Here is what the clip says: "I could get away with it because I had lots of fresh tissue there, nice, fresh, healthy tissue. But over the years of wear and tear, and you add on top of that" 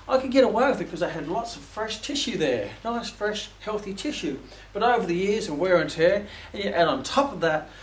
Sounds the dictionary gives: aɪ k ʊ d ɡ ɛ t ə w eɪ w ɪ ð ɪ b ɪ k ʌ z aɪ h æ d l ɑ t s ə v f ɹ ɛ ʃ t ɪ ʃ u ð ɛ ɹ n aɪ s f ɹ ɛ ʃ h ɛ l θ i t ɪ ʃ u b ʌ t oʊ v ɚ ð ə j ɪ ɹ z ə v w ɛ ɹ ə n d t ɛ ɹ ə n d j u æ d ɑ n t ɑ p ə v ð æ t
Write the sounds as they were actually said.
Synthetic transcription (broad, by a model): aɪ k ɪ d ɡ ɛ t ə w eɪ w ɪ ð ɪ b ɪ k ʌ z aɪ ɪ d l ɑ t s ə v f ɹ ɛ ʃ t ɪ ʃ u ð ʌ ɹ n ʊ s f ɹ ɛ ʃ h ɛ l θ i t ɪ ʃ u b ʌ t oʊ v ɚ ð ə j ɪ ɹ z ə w ɛ ɹ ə n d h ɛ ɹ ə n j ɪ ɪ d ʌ n t ɑ p ə v ð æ t